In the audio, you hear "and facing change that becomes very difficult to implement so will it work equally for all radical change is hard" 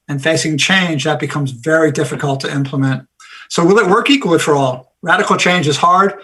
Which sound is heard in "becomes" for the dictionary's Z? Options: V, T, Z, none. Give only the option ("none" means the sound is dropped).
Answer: Z